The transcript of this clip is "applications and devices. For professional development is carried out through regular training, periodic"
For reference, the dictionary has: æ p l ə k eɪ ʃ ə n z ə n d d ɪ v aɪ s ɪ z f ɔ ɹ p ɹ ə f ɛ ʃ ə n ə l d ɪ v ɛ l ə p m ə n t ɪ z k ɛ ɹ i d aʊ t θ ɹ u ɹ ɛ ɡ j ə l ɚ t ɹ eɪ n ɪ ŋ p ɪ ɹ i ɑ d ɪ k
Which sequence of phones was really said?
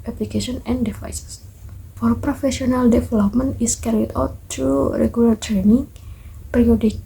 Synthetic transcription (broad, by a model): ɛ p l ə k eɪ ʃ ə n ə n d d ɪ f aɪ s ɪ s f ɔ ɹ p ɹ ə f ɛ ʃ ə n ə l d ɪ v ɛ l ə p m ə n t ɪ s k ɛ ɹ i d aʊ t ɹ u ɹ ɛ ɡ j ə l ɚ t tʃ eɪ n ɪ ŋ p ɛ ɹ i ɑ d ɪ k